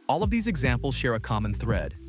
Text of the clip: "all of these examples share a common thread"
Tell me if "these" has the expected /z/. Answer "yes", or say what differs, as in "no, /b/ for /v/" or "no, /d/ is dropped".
yes